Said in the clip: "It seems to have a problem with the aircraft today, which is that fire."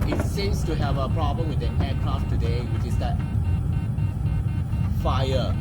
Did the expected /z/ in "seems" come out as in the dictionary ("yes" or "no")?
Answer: no